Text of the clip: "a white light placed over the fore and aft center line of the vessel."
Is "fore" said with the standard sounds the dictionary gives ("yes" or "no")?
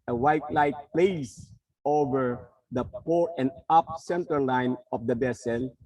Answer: no